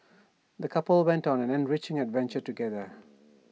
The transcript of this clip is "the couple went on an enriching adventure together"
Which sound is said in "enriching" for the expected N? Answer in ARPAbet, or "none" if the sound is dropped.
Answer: N